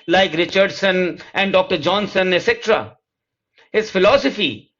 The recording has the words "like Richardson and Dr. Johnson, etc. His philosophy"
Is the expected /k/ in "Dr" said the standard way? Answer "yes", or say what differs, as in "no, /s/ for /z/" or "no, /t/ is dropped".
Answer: yes